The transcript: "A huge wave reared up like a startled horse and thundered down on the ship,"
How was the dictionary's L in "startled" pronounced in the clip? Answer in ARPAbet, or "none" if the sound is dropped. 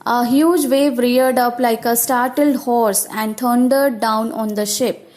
L